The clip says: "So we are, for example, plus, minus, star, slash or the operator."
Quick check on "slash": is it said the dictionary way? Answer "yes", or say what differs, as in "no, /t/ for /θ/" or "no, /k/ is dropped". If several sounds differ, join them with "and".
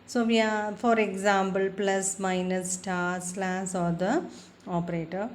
no, /s/ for /ʃ/